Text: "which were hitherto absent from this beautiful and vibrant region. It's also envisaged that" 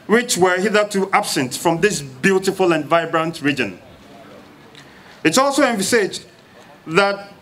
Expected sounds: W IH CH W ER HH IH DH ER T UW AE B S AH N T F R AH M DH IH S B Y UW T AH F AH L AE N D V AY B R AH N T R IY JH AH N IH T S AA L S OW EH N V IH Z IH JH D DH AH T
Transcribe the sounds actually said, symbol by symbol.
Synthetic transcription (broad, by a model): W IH CH W ER HH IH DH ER T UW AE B S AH N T F R AH M DH IH S B Y UW T AH F AH L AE N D V AY B R AH N T R IY JH AH N IH T S AA L S OW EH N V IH S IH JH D DH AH T